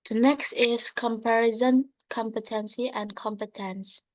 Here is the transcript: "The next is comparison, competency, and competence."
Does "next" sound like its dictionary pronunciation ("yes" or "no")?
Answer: yes